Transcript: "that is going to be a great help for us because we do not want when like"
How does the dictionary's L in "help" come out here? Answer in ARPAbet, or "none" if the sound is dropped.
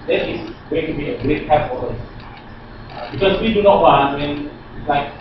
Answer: none